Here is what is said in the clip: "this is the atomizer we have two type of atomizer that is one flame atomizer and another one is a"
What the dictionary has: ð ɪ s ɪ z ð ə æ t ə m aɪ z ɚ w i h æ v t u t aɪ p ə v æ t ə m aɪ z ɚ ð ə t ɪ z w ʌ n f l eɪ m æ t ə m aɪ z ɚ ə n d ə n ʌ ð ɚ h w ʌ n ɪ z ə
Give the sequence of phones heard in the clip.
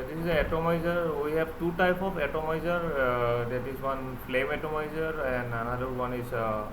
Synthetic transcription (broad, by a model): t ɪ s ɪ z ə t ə m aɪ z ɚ w i h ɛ b t u t aɪ p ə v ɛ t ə m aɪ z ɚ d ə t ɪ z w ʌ n p l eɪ m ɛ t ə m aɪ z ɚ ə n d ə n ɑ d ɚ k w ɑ n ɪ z